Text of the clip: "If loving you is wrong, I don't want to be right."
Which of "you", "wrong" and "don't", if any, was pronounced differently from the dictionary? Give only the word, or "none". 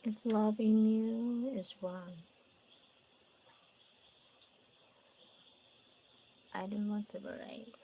wrong